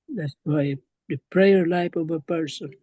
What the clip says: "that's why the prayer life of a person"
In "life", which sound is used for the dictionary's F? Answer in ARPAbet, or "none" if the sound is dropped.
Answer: P